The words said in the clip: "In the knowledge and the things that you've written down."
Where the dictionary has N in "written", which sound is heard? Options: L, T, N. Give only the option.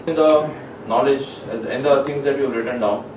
N